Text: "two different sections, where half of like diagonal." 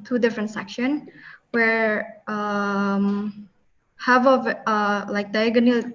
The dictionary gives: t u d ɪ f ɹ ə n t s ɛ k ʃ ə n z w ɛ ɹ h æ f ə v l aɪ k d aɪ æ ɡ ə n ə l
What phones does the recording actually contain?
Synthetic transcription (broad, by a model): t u d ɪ f ɹ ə n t s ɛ k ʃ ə n w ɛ ɹ h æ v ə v l aɪ k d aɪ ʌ ɡ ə n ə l